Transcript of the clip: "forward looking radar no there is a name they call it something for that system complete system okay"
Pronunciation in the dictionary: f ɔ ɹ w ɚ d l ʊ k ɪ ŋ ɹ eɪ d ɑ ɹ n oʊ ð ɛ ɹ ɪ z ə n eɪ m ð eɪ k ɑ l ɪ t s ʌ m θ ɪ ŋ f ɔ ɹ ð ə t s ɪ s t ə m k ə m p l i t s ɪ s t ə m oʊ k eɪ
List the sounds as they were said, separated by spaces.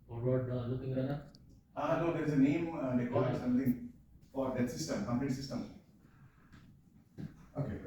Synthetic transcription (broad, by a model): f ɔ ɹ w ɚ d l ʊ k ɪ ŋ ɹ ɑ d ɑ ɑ n oʊ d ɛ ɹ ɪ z ə n eɪ m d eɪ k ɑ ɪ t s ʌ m t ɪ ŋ f ɔ ɹ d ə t s ɪ s t ə m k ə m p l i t s ɪ s t ə m oʊ k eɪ